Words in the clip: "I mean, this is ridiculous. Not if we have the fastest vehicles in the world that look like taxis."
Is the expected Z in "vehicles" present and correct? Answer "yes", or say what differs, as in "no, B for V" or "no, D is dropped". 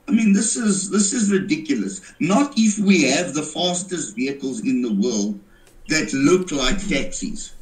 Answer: yes